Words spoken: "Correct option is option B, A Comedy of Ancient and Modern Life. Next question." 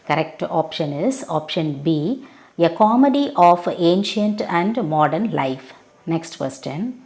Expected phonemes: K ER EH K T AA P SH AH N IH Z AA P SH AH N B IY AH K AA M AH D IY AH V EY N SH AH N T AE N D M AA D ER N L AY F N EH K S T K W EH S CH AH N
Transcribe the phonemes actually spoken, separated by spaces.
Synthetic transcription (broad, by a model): K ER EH K T AA P SH AH N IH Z AA P SH AH N B IY AH K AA M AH D IY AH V EY N SH AH N T AE N D M AA D ER N L AY F N EH K S T K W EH S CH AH N